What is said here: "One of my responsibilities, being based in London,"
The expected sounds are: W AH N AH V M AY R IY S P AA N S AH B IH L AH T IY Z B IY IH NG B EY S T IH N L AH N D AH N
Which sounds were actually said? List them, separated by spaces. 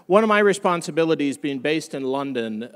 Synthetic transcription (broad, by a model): W AH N AH V M AY R IY S P AA N S AH B IH L AH T IY Z B IY IH NG B EY S T IH N L AH N D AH N